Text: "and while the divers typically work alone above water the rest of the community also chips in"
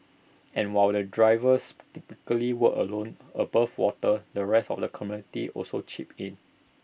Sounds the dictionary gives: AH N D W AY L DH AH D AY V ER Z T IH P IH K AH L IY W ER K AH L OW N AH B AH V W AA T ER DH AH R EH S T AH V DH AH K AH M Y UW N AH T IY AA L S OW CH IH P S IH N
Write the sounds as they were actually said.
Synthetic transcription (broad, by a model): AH N W AY L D AH D AY V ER S T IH P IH K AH L IY W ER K AH L OW N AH B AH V W AA T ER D AH R EH S T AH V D AH K AH M Y UW N AH T IY AA L S OW CH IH P IH N